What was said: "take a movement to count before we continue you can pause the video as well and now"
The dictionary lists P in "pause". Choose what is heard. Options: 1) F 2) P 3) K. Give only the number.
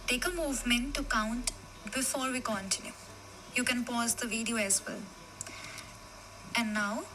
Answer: 2